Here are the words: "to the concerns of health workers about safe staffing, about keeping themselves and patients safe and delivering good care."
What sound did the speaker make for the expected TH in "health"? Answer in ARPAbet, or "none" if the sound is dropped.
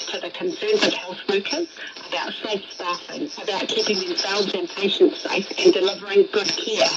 TH